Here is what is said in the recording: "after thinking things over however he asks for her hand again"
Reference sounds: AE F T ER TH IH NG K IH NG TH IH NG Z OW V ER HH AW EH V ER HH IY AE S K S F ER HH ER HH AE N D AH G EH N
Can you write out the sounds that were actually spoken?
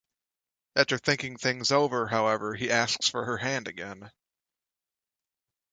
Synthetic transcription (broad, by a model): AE T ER TH IH NG K IH NG TH IH NG Z OW V ER HH AW EH V ER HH IY AE S K S F ER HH ER HH AE N D AH G EH N